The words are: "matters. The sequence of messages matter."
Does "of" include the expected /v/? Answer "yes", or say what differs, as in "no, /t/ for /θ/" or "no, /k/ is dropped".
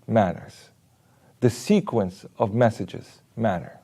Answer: yes